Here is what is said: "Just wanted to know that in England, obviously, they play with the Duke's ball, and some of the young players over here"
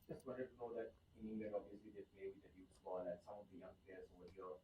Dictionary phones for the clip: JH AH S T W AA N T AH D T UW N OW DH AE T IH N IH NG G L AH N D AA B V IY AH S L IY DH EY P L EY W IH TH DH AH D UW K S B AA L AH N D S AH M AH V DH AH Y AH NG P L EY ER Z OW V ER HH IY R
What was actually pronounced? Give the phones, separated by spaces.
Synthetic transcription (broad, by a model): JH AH S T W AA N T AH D T UW N OW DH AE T IH N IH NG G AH D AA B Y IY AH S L IY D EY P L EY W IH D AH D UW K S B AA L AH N S AH M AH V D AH Y AH NG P L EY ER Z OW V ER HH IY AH